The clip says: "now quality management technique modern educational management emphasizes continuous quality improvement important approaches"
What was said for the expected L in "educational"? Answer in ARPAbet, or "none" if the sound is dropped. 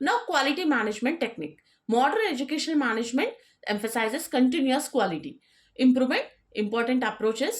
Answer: N